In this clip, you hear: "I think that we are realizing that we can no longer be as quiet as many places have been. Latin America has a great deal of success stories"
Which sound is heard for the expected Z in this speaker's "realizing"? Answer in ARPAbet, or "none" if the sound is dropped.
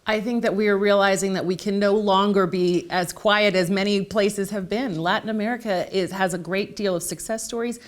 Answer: Z